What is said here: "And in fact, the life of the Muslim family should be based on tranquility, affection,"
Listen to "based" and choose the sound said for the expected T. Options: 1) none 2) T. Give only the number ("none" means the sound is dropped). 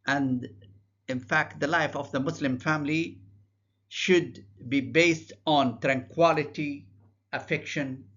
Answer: 2